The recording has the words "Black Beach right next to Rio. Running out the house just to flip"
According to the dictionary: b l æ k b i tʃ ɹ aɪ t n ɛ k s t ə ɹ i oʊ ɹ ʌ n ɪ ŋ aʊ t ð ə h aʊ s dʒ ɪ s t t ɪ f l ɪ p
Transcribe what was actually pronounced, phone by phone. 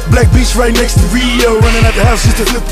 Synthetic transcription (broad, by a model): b l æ k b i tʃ ɹ aɪ t n ɛ k s t ə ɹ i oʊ w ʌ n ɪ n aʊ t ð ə h aʊ s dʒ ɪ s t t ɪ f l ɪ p